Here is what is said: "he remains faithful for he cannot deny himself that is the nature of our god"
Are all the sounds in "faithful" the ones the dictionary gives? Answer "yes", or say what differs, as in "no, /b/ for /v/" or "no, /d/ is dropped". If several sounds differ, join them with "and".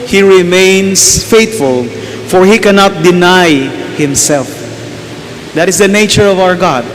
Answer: no, /t/ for /θ/